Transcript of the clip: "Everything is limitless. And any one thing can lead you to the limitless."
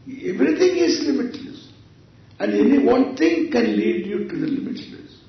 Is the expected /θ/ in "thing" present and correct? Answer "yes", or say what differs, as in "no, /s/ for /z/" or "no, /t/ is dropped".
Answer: no, /t/ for /θ/